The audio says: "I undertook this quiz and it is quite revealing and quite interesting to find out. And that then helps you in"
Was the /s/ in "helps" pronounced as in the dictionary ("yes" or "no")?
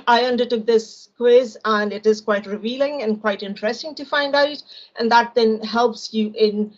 yes